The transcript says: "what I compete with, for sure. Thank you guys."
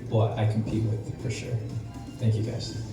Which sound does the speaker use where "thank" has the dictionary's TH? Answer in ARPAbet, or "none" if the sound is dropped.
TH